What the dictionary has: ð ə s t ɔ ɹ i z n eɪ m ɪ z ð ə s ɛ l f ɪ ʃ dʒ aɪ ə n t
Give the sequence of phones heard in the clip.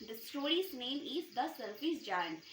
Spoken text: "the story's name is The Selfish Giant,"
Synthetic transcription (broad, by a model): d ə s t ɔ ɹ i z n eɪ m ɪ z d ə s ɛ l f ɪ s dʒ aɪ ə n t